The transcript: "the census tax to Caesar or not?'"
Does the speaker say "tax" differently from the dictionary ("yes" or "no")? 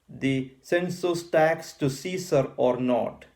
no